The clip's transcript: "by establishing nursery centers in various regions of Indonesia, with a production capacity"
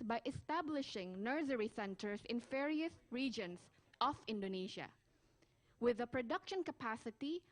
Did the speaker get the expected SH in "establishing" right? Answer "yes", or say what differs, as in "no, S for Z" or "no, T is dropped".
yes